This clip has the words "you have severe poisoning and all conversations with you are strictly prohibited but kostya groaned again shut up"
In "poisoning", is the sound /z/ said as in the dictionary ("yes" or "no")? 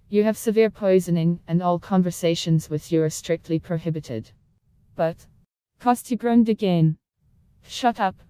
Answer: yes